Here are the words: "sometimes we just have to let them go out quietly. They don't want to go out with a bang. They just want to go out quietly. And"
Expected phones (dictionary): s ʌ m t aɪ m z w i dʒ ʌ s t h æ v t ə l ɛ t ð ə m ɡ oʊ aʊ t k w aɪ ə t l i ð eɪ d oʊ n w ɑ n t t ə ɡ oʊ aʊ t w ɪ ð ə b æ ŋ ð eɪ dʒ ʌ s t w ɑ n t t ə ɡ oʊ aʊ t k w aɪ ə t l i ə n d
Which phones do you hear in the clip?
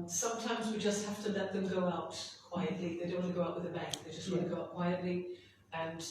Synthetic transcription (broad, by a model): s ʌ m t aɪ m z w i dʒ ʌ s t h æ f t ə l ɛ t ð ə m ɡ oʊ aʊ t k w aɪ ə t l i ð eɪ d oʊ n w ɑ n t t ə ɡ oʊ aʊ t w ɪ ð ə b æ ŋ ð eɪ dʒ ʌ s t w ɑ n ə ɡ oʊ aʊ t k w aɪ ə t l i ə n